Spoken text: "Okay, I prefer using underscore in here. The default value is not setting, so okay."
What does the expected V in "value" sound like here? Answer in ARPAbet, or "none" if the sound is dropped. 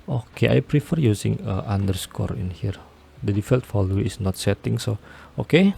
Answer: F